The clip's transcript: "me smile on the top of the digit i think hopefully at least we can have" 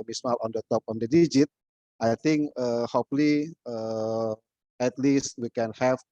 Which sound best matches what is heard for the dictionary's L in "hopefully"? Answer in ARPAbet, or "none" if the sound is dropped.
none